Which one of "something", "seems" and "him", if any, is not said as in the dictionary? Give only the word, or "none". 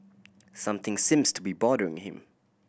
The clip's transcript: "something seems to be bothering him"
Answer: none